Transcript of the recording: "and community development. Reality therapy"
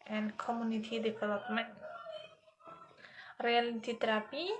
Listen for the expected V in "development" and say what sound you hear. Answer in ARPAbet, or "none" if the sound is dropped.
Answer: P